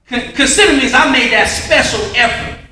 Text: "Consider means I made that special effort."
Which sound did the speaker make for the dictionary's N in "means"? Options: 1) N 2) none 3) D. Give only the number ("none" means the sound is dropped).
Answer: 2